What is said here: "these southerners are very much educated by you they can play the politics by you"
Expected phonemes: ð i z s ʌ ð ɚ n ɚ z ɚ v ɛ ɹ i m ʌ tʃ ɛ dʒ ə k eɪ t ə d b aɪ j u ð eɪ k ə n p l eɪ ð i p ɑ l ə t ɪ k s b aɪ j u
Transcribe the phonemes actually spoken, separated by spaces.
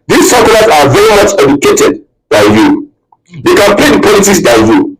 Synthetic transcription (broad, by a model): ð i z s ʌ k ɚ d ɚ s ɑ v ɛ ɹ i m ʌ tʃ ɛ dʒ ə k eɪ t ə d b aɪ j u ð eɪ k ə n p l eɪ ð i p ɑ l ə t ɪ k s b aɪ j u